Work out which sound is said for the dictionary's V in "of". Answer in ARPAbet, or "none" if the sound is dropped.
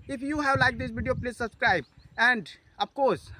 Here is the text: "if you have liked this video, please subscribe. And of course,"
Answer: B